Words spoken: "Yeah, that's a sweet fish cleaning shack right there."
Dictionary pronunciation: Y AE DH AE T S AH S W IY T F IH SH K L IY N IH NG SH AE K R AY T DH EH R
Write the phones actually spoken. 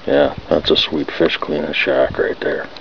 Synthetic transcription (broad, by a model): Y AE DH AE T S AH S W IY T F IH SH K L IY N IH SH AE K R AY T DH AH R